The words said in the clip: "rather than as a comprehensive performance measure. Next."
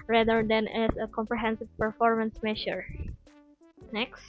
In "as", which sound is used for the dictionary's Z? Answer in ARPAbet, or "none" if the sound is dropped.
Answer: S